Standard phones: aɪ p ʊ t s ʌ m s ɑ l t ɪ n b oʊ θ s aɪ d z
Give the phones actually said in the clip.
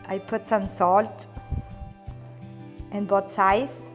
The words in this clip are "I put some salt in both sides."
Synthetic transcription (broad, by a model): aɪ p ʊ t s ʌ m s ɑ l t ɪ n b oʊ t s aɪ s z